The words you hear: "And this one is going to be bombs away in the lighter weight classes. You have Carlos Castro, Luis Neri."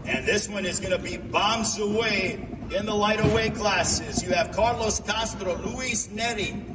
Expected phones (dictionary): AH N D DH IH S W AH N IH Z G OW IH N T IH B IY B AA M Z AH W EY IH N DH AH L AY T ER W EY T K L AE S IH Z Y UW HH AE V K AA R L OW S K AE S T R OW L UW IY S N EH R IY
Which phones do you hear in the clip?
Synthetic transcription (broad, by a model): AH N DH IH S W AH N IH Z G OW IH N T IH B IY B AA M Z AH W EY IH N DH AH L AY T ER W EY K L AE S IH Z Y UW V K AA R L OW S K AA S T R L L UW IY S N EH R IY